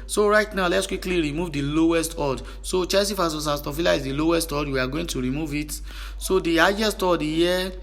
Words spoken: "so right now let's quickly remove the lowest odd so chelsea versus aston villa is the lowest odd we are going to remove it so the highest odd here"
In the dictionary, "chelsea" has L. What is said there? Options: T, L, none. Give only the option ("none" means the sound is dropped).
none